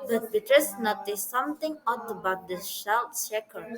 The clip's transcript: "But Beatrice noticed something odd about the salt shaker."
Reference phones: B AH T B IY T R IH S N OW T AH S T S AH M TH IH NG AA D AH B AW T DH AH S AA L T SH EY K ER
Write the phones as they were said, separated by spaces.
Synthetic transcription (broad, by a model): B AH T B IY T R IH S N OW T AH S S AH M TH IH NG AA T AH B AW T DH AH SH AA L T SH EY K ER